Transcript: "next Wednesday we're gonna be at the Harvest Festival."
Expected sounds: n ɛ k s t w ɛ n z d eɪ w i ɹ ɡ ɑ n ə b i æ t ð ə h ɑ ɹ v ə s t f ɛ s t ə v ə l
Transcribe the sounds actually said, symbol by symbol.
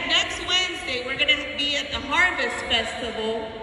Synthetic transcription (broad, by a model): n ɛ k s t w ɛ n z d eɪ w i ɹ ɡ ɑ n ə b i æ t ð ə h ɑ ɹ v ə s t f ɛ s t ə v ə l